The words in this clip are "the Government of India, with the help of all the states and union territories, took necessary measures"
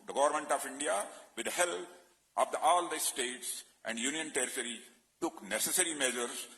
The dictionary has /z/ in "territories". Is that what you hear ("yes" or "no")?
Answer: no